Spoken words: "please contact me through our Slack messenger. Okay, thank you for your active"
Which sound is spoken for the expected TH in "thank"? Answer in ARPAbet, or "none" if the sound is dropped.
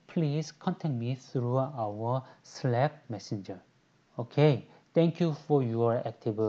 T